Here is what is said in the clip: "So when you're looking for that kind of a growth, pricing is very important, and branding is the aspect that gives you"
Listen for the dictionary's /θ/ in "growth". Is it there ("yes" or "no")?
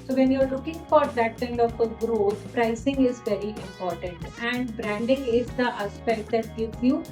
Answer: no